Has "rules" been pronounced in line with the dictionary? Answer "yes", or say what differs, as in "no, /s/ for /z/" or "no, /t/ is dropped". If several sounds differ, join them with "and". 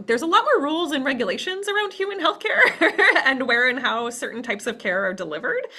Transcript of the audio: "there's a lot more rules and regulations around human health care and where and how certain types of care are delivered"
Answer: yes